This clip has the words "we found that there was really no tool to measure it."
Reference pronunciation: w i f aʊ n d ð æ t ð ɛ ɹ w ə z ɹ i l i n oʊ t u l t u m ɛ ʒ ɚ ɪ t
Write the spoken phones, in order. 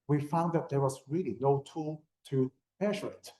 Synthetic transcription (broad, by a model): w i f aʊ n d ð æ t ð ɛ ɹ w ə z ɹ i l i n oʊ t u l t u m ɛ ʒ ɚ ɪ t